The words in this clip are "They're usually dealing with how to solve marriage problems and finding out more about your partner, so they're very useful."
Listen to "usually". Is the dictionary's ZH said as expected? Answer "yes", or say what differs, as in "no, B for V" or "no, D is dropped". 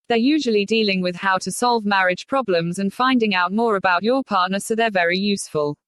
yes